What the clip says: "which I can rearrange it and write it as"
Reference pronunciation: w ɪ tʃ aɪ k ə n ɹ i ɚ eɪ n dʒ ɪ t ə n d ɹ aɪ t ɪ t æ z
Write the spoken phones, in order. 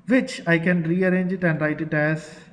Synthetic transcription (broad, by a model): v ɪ tʃ aɪ k ə n ɹ i ɚ eɪ n dʒ ɪ t ə n d ɹ aɪ t ɪ t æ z